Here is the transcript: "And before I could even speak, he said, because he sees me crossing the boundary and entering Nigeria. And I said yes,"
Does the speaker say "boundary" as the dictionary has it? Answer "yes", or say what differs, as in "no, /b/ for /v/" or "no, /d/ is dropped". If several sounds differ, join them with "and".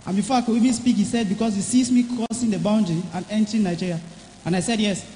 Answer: yes